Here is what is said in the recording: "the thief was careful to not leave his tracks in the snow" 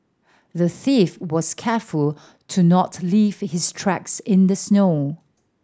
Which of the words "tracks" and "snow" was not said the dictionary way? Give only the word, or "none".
none